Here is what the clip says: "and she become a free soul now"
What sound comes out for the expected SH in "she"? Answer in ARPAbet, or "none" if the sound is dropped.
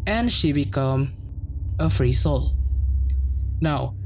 SH